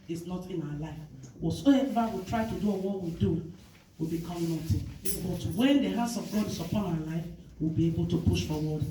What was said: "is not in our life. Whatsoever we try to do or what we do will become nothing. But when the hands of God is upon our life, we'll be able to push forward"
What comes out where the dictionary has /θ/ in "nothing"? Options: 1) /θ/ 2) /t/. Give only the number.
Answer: 2